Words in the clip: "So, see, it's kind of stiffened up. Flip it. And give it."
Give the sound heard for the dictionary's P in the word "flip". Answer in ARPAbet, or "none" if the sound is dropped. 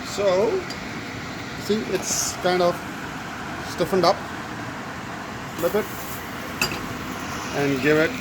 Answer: B